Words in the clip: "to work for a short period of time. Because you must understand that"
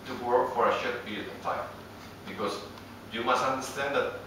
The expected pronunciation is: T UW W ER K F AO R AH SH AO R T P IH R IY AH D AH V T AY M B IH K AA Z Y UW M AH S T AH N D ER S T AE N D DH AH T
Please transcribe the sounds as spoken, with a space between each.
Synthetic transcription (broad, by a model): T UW W ER K F AO R AH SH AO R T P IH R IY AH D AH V T AY M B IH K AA S Y UW M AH S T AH N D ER S T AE N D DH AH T